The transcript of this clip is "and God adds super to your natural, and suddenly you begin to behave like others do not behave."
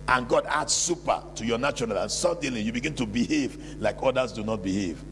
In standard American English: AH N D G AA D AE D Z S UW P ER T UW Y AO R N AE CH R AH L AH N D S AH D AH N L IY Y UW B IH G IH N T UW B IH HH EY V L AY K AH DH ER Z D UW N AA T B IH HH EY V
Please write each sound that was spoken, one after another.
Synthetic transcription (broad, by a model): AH N G AA D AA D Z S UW P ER T UW Y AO N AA CH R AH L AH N S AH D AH L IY Y UW B IH G IH N T UW B IH HH EY V L AY K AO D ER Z D UW N AA T B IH HH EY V